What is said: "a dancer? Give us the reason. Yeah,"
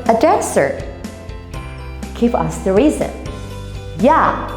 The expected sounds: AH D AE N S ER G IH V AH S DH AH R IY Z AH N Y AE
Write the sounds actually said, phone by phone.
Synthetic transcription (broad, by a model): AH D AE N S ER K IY P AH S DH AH R IY Z AH N Y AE